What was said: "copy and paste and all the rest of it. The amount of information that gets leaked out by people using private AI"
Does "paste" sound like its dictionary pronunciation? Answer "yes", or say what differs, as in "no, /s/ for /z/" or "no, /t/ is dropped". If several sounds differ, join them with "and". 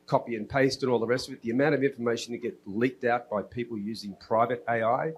yes